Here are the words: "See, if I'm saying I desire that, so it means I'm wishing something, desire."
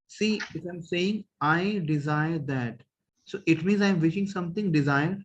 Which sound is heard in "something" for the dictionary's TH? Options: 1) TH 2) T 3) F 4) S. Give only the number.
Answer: 2